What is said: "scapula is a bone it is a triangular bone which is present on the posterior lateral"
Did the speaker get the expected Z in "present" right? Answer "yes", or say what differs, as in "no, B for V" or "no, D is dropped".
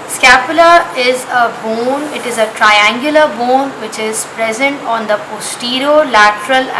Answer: yes